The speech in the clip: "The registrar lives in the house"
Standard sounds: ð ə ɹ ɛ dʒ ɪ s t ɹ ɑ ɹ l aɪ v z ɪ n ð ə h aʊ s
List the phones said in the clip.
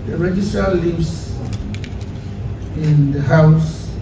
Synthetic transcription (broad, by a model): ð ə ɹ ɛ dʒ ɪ s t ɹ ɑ l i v s ɪ n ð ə h aʊ s